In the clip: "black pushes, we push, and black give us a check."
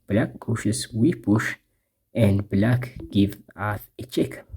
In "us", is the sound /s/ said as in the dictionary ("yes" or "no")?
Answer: no